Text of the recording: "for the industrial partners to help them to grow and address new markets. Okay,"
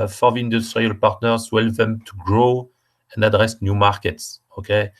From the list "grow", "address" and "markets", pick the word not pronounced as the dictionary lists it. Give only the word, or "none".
none